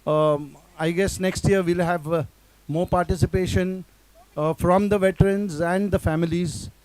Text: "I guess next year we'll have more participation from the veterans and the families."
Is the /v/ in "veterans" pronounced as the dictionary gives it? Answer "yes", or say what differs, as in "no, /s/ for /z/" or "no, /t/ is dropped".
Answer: yes